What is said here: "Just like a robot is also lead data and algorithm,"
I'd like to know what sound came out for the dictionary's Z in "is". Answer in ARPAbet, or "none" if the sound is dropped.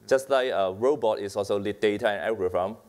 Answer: S